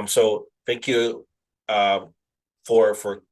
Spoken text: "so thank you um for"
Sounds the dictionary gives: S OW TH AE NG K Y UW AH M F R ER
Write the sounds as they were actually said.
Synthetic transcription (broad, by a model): S OW TH AE NG K Y UW AH M F R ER